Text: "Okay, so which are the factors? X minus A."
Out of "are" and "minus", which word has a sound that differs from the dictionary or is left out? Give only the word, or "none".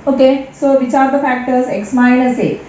minus